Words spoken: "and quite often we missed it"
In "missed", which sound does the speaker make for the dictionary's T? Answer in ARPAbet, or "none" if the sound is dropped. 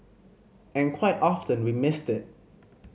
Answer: T